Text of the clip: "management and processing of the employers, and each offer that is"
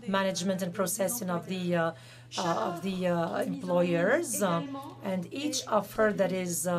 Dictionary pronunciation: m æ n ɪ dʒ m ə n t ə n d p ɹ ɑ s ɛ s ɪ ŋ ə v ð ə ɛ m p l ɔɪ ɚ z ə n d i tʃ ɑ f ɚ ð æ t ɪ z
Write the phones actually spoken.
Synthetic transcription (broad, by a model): m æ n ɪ dʒ m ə n t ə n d p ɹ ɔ s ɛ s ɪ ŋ ə v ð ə ɛ m p l ɔɪ ɚ z ə n d i tʃ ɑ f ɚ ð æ t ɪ z